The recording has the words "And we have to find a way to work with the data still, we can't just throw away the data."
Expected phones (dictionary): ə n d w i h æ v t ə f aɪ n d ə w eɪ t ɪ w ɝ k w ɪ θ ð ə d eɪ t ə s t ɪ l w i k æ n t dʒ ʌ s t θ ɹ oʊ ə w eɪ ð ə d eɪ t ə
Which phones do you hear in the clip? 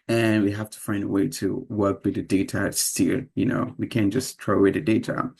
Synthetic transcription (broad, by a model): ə n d w i h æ f t ə f aɪ n d ə w eɪ t ɪ w ɝ k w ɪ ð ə d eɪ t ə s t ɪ n w i k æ n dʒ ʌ s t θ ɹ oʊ ə w eɪ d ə d eɪ t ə